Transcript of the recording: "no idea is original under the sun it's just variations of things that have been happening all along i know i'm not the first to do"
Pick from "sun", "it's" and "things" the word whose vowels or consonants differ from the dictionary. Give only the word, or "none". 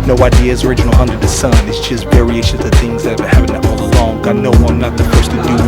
none